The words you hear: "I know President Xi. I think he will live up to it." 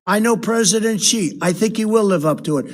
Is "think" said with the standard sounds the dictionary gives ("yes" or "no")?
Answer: yes